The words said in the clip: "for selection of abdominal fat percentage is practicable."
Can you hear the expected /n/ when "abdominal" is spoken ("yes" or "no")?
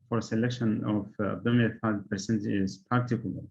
no